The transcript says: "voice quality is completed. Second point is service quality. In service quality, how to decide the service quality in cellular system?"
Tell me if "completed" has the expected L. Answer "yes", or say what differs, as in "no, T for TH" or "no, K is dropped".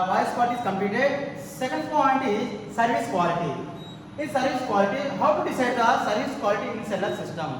no, L is dropped